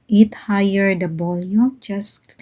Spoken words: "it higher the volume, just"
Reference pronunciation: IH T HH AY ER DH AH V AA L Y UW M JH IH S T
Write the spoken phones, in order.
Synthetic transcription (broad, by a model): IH T HH AY ER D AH B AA L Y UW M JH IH S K